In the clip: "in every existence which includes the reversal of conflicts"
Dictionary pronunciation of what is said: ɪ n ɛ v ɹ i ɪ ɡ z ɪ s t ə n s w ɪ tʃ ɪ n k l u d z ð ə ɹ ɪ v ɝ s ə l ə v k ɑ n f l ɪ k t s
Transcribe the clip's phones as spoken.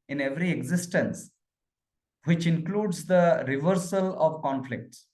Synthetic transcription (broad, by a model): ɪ n ɛ v ɹ i ɪ ɡ z ɪ s t ə n s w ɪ tʃ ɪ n k l u d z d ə ɹ ɪ v ɝ s ə l ə v k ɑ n f l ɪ k t s